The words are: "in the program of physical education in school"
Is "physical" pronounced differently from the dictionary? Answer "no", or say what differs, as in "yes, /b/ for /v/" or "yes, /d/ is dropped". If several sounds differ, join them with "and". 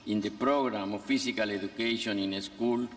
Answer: yes, /s/ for /z/